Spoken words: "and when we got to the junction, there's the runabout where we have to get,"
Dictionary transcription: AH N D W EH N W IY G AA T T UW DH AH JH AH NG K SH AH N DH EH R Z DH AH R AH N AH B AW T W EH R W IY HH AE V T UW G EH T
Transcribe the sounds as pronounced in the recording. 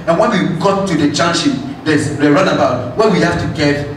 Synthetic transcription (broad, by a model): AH N W EH N W IY G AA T T UW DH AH CH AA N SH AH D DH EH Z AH R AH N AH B AW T W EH W IY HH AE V T UW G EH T